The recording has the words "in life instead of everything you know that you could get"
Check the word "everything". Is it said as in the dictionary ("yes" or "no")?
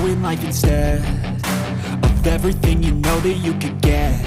yes